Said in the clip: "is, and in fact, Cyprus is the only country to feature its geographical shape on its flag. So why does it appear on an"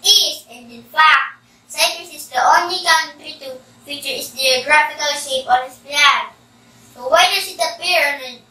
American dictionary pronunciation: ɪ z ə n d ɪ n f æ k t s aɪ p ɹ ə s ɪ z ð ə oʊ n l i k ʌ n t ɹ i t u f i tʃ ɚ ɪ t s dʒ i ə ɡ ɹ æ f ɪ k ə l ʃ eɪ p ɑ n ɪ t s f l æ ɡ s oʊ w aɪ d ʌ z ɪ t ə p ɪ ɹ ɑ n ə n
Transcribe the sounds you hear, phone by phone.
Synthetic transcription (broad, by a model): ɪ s ə n d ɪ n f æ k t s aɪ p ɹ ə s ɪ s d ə oʊ n l i k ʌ n t ɹ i t u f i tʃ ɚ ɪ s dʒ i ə ɡ ɹ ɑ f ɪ k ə l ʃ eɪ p ɑ n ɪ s p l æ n s oʊ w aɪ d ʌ s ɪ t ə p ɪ ɹ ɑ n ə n